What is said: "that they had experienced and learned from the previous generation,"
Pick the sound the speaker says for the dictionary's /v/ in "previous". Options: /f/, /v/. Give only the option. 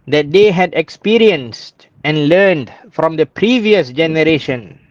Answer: /v/